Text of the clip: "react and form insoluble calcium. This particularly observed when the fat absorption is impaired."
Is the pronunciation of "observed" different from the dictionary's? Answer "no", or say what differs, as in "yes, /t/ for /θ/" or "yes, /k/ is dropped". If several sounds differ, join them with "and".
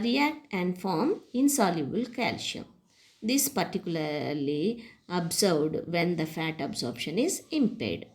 yes, /b/ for /v/